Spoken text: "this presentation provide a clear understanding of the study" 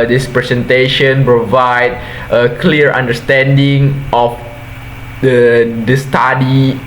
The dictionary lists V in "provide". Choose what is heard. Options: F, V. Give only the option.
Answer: V